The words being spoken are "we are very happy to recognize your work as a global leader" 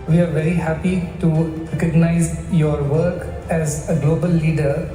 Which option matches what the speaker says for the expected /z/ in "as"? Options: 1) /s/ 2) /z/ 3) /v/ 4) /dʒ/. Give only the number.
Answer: 2